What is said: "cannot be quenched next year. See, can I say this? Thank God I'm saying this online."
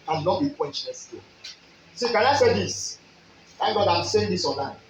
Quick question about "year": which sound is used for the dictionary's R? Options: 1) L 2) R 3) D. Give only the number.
1